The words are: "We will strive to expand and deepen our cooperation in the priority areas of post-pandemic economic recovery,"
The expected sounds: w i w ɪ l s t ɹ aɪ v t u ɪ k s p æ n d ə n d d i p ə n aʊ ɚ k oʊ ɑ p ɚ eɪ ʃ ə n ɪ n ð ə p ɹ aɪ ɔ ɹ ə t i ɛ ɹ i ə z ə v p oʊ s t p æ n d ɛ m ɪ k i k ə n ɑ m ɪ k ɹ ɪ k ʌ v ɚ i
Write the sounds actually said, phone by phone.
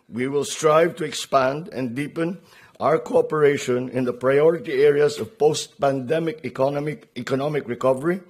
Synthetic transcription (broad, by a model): w i w ɪ l s t ɹ aɪ v t u ɪ k s p æ n d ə n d d i p ə n aʊ ɚ k oʊ ɑ p ɚ eɪ ʃ ə n ɪ n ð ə p ɹ aɪ ɔ ɹ ə t i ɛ ɹ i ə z ə v p oʊ s t p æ n d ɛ m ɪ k i k ə n ɑ m ɪ k ɹ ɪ k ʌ v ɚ i